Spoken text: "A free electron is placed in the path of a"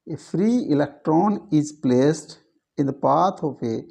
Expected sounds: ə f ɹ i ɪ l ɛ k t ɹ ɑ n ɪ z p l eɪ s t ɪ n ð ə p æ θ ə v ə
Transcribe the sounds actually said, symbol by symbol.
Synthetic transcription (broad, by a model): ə f ɹ i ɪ l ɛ k t ɹ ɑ n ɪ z p l eɪ s t ɪ n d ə p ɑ t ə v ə